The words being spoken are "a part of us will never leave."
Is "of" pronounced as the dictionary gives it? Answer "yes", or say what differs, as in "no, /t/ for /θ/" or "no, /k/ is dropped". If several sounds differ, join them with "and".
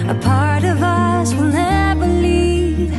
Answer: yes